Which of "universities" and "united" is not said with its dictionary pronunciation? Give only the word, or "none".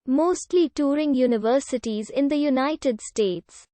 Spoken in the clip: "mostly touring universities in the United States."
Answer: none